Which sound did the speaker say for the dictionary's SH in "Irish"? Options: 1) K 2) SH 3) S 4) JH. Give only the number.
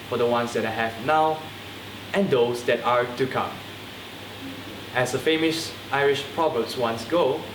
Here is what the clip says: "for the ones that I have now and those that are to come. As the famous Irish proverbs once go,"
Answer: 2